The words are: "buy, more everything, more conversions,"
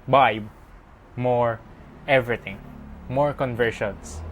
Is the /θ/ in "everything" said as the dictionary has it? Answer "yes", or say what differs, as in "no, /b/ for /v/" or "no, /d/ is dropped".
no, /t/ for /θ/